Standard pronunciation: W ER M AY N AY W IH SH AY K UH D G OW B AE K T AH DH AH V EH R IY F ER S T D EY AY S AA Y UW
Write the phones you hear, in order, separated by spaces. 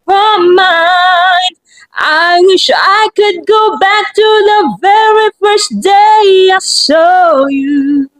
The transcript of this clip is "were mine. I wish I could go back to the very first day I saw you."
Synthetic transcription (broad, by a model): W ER M AY N AY W IH SH AY K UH D G OW B AE K T AH DH AH V EH R IY F ER S D EY AY S AA Y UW